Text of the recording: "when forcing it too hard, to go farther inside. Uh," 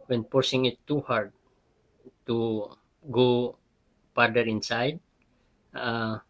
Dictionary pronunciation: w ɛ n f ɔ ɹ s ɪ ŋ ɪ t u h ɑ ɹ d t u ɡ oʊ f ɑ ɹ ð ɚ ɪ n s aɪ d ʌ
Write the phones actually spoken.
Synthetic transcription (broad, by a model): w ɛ n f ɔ ɹ s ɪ ŋ ɪ t u h ɑ ɹ d t u ɡ oʊ p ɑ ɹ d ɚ ɪ n s aɪ d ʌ